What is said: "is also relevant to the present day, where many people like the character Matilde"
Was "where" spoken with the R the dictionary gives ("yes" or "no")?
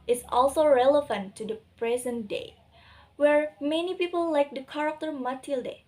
yes